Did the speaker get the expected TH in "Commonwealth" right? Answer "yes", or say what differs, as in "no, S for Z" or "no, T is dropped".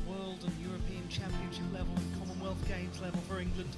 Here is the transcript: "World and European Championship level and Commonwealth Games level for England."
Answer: yes